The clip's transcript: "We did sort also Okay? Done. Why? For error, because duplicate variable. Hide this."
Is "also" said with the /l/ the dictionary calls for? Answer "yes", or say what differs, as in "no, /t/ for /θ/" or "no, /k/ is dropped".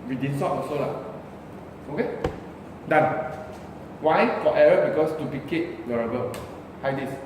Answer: no, /l/ is dropped